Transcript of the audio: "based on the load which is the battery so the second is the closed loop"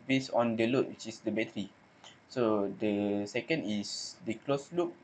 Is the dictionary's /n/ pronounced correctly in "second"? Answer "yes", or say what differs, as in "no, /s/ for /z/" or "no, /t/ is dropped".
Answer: yes